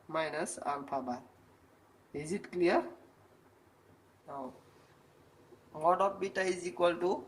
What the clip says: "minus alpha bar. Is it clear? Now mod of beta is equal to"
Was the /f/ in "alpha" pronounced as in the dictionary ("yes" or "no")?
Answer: no